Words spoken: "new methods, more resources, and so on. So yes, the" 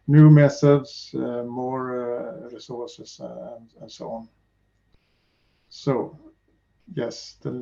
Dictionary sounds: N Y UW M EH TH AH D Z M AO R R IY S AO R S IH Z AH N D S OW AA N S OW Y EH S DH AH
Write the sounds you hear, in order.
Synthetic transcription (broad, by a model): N Y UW M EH S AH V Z M AO R R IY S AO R S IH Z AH N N S OW AA N S OW Y EH S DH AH